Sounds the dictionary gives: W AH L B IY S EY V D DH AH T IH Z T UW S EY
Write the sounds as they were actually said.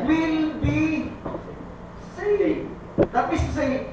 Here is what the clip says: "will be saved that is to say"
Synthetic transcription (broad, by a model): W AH L B IY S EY D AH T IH S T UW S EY